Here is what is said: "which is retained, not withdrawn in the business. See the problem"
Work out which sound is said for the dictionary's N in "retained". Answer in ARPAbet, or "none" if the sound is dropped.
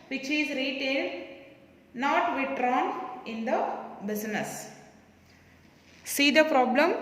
L